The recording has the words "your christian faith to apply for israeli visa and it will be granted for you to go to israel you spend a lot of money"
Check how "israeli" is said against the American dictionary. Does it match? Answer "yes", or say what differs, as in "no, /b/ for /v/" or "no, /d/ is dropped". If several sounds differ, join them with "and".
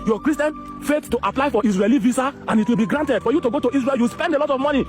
no, /s/ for /z/